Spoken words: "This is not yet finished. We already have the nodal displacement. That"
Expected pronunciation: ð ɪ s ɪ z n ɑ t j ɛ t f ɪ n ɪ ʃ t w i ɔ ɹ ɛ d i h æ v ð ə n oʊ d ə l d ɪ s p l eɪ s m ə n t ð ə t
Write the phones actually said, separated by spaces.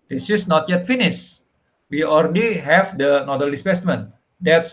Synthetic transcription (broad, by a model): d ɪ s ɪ s n ɑ t j ɛ t f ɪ n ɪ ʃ w i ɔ ɹ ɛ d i h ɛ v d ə n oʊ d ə l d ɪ s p eɪ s m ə n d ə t